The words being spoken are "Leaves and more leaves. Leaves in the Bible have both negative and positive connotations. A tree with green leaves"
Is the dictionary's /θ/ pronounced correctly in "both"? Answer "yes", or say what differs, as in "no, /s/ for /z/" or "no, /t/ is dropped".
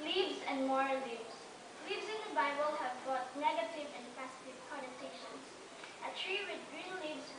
no, /t/ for /θ/